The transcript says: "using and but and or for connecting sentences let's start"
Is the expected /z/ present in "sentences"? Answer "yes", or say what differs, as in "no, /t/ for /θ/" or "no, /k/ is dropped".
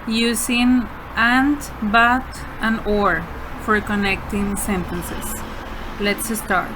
no, /s/ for /z/